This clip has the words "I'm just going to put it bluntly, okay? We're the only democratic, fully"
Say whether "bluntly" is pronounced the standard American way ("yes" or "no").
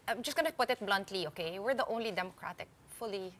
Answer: yes